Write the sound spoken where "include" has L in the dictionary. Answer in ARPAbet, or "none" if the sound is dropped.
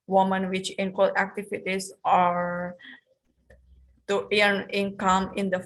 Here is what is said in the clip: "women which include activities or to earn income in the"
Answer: W